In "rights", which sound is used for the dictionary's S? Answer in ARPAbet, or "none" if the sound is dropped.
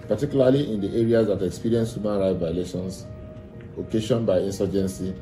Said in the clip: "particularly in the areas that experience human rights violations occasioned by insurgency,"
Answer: none